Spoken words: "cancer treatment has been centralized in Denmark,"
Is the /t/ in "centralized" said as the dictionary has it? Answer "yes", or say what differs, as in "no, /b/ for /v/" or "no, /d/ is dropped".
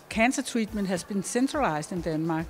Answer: no, /s/ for /t/